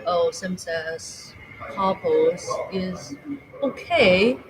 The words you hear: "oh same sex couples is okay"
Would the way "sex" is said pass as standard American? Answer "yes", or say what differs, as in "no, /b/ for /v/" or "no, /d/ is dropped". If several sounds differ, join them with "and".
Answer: no, /k/ is dropped